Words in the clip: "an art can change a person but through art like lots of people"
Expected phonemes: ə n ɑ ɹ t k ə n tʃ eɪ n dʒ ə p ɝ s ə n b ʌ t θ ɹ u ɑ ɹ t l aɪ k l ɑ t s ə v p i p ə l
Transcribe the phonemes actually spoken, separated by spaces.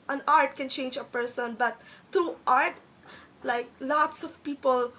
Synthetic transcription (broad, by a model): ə n ɑ ɹ t k ə n tʃ eɪ n dʒ ə p ɝ s ə n b ʌ t t ɹ u ɑ ɹ t l aɪ k l ɑ t s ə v p i p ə l